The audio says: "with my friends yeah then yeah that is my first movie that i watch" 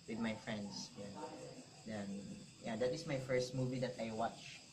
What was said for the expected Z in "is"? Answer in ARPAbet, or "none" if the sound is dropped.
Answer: S